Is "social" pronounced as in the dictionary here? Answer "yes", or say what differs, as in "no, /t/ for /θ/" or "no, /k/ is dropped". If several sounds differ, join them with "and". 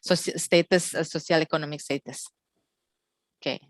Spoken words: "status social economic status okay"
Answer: no, /s/ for /ʃ/